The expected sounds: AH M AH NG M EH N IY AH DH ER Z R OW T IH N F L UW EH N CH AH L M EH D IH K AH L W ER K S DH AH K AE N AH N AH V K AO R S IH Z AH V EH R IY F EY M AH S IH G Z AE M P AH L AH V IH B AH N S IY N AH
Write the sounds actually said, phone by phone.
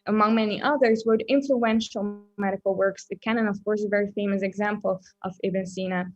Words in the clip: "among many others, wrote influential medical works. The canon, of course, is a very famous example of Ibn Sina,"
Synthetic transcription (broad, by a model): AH M AH NG M EH N IY AH DH ER Z W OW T IH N F L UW EH N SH L M EH D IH K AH L W ER K S DH AH K AE N AH N AH V K AO R S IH AH V EH R IY F EY M AH S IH G Z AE M P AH L AH V IH B AH N S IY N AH